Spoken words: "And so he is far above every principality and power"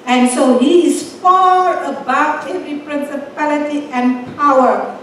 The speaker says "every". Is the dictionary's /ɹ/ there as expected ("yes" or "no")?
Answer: no